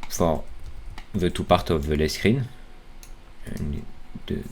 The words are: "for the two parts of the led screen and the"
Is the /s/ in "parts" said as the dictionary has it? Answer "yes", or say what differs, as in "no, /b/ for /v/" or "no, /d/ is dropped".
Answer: no, /s/ is dropped